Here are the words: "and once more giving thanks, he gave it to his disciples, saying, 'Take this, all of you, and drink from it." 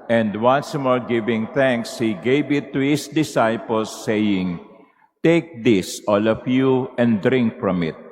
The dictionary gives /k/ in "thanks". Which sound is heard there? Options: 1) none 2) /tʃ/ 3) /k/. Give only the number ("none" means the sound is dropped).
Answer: 3